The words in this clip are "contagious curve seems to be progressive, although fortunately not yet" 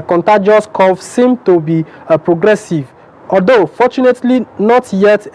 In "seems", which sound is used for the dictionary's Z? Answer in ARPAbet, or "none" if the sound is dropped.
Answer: none